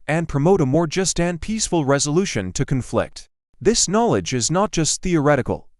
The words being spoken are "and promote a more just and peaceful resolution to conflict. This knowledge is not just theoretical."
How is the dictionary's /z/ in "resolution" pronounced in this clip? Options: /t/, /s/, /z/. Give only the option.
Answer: /z/